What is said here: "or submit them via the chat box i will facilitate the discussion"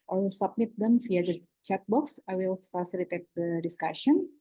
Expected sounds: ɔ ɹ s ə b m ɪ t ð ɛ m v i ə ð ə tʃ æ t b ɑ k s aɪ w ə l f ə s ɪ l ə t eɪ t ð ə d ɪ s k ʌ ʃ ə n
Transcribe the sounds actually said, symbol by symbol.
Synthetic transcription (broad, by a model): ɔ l s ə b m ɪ t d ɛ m f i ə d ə tʃ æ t b ɑ k s aɪ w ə l f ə s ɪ l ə t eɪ t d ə d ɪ s k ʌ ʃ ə n